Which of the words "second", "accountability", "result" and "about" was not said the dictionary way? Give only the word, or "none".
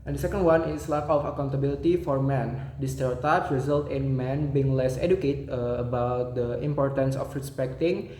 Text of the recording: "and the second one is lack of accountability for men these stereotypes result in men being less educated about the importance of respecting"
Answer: none